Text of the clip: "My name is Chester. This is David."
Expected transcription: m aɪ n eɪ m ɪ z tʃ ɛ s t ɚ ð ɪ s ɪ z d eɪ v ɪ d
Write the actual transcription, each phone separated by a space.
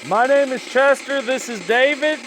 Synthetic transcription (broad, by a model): m aɪ n eɪ m ɪ z tʃ ɛ s t ɚ ð ɪ s ɪ z d eɪ v ɪ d